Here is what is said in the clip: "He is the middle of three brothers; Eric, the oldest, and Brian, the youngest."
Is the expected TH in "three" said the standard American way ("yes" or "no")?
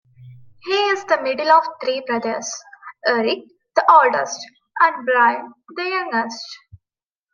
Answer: no